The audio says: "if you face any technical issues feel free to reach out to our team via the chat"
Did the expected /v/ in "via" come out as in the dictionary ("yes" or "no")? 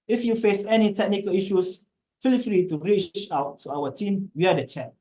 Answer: no